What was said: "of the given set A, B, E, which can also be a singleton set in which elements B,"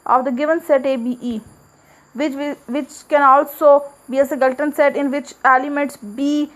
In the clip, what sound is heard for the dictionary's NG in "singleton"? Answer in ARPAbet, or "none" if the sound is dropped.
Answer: none